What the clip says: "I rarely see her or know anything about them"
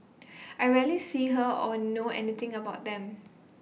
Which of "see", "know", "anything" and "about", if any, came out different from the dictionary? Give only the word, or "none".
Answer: anything